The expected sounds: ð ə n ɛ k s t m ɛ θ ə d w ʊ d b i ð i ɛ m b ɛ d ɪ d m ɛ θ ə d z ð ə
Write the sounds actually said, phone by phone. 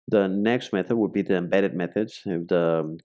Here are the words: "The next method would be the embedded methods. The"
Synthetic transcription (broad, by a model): ð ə n ɛ k s t m ɛ θ ə d w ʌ d b i ð i ɛ m b ɛ d ɪ d m ɛ θ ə d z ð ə